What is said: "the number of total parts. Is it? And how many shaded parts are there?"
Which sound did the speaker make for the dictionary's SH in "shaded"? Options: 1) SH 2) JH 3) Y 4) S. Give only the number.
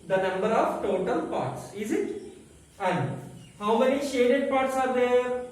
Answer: 1